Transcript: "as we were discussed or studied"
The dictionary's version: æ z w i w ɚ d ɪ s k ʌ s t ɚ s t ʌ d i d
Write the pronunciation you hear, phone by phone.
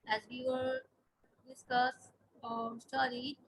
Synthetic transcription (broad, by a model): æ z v i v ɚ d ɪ s k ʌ s ɚ s t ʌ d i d